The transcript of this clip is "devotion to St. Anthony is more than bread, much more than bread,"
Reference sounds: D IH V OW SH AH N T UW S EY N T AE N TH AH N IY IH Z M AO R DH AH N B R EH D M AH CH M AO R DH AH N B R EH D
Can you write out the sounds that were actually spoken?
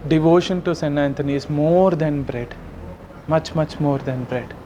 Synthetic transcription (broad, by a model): D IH V OW SH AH N T UW S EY N AE N T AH N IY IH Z M AO R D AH N B R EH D M AH CH M AO R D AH N B R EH D